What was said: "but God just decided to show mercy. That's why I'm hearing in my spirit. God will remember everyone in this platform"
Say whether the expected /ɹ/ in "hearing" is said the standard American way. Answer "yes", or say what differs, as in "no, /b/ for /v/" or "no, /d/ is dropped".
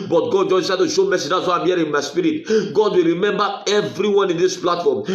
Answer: no, /ɹ/ is dropped